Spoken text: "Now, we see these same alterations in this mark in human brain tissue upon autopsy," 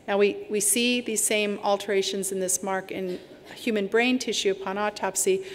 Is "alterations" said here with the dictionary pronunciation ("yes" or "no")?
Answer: yes